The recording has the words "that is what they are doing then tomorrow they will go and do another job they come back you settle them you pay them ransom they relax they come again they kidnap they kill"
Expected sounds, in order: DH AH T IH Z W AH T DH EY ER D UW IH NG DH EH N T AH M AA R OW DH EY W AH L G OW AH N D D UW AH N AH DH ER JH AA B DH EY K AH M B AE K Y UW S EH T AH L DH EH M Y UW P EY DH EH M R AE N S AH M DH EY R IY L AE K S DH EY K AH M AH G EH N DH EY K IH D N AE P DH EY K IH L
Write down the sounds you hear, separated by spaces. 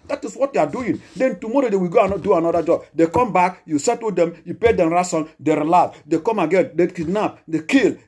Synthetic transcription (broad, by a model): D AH T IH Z W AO T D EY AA D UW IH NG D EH N T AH M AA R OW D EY W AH G OW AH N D D UW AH N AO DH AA JH AA B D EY K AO M B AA K Y UW S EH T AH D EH M Y UW P EY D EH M R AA S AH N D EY R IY L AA S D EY K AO M AH G EH N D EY K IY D N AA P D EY K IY L